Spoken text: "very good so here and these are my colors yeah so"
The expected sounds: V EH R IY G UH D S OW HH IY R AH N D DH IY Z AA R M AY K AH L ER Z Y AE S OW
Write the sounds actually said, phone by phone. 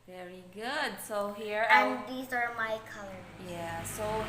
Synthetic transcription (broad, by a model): V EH R IY G UH D S OW HH IY R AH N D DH IY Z AA R M AY K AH L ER Y AE S OW